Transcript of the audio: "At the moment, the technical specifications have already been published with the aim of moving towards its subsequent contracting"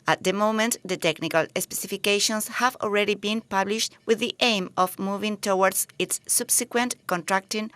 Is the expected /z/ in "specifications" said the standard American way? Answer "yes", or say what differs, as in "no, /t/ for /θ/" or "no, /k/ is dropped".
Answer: no, /s/ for /z/